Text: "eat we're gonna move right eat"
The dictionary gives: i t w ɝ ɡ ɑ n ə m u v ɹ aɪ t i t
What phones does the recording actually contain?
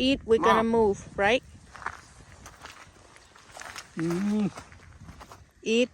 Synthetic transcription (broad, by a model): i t w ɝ ɡ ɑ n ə m u v ɹ aɪ t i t